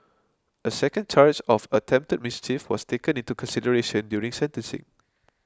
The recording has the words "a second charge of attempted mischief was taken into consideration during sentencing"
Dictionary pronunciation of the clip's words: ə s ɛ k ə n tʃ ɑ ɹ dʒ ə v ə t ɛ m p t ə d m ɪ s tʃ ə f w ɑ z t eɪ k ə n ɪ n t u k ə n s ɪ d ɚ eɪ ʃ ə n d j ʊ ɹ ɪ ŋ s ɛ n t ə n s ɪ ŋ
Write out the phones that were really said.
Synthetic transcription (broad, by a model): ə s ɛ k ə n tʃ ɑ ɹ tʃ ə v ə t ɛ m p t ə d m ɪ s tʃ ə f w ɑ s t eɪ k ə n ɪ n t u k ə n s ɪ d ɚ eɪ ʃ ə n d j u ɹ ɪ ŋ s ɛ n t ə n s ɪ ŋ